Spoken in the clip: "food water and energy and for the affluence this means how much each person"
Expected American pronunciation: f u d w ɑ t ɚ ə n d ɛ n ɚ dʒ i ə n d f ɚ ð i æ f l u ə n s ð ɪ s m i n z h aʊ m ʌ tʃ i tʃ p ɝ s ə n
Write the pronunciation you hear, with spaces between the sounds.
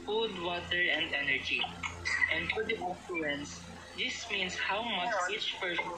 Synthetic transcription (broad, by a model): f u d w ɑ t ɚ ə n d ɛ n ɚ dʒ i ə n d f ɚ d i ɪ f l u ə n s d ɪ s m i n s h aʊ m ʌ tʃ i tʃ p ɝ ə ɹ